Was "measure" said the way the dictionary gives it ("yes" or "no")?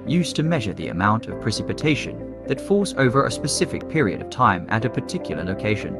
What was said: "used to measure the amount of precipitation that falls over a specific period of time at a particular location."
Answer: yes